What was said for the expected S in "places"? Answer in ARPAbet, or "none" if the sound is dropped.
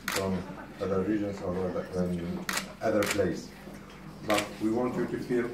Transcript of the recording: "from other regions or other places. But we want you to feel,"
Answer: none